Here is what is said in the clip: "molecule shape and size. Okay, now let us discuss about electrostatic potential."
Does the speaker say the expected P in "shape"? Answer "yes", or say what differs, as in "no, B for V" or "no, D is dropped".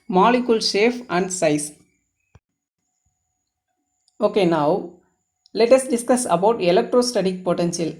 no, F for P